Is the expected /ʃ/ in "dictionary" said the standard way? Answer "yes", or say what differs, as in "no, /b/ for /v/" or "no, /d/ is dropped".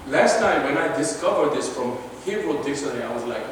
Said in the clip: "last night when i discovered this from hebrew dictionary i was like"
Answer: no, /s/ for /ʃ/